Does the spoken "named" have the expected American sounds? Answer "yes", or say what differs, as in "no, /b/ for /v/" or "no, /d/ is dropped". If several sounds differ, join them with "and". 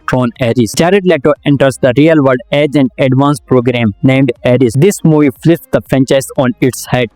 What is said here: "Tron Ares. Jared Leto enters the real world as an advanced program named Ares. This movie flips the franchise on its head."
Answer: yes